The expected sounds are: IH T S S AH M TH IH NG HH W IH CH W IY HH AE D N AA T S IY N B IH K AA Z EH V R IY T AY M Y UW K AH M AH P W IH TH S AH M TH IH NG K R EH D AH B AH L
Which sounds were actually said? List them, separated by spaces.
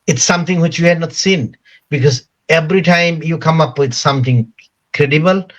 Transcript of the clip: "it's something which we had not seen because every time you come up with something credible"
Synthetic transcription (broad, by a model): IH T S S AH M T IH NG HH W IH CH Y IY HH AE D N AA T S IY N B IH K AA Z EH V R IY T AY M Y UW K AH M AH P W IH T S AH M T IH NG K R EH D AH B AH L